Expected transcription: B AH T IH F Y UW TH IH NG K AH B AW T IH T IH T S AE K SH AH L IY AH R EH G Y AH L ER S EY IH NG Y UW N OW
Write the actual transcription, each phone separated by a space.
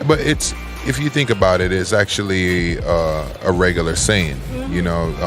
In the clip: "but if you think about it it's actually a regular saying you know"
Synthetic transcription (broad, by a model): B AH T IH F Y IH TH IH NG K AH B AW T IH T IH T S AE K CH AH L IY AH R EH G Y L ER S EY IH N Y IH N OW